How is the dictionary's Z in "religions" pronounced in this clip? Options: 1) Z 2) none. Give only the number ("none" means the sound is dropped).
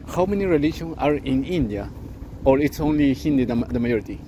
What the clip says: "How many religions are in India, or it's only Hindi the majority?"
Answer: 2